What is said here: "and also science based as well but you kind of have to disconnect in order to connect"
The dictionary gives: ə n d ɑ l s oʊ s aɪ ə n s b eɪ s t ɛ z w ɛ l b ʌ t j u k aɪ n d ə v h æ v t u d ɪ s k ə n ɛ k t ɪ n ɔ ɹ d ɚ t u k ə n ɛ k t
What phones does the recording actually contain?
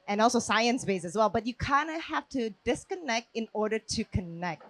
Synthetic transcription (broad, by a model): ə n ɑ l s oʊ s aɪ ə n s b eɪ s ɛ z w ɛ l b ʌ t j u k aɪ n d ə h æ f t u d ɪ s k ə n ɛ k t ɪ n ɔ ɹ d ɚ t u k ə n ɛ k t